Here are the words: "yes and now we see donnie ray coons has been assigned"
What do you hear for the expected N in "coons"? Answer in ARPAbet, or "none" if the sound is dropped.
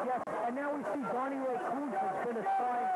none